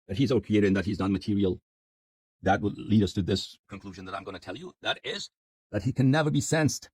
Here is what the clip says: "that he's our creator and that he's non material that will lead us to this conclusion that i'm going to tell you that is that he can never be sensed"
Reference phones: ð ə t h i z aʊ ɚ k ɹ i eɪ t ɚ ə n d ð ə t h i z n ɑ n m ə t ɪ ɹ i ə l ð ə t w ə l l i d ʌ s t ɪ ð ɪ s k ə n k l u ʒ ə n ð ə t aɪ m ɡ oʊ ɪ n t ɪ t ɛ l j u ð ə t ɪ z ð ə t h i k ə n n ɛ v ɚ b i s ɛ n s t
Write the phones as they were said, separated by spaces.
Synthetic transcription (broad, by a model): ð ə t h i z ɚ k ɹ i eɪ t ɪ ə n ð ə t h i z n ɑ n m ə t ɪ ɹ i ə l ð ə t w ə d l i d ʌ s t ɪ ð ɪ s k ə n k l u ʒ ə n ð ə t aɪ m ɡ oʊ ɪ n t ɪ t ɛ l j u ð ə t ɪ z ð ə t h i k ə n n ɛ v ɚ b i s ɛ n s t